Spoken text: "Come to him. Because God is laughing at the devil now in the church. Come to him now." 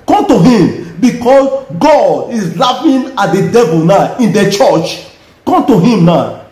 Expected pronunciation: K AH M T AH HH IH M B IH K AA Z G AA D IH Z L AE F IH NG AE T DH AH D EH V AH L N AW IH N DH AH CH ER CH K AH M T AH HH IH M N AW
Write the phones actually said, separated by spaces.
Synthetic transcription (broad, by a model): K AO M T AH HH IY M B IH K AA S G AA D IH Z L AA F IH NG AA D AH D EH V AH L N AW IH N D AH CH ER CH K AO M T AH HH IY M N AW